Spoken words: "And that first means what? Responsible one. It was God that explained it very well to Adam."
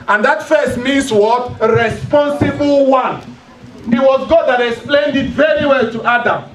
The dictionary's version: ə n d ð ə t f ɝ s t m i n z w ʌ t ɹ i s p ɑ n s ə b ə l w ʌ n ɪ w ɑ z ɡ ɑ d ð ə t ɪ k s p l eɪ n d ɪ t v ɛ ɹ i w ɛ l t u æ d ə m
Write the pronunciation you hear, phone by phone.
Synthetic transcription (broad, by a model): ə n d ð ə t f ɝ s t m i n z w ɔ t ɹ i s p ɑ n s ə b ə l w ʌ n ɪ w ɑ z ɡ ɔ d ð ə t ɪ k s p l eɪ n d ɪ t v ɛ ɹ i w ɛ l t u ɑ d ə m